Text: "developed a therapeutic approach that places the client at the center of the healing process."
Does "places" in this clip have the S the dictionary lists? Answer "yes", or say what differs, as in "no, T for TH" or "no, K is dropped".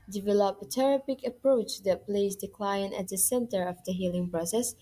no, S is dropped